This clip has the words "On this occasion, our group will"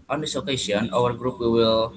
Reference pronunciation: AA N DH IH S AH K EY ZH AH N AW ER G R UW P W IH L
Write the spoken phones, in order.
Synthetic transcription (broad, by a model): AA N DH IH S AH K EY S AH N AW ER G R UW P W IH L